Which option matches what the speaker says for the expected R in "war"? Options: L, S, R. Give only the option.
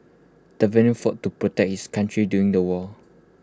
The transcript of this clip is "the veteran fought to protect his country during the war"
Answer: L